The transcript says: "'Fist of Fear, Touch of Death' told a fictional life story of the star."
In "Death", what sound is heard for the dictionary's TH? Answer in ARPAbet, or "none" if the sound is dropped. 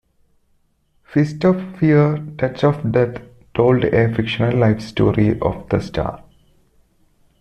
T